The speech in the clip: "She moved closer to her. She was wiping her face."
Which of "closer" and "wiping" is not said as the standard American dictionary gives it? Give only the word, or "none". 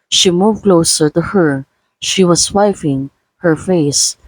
wiping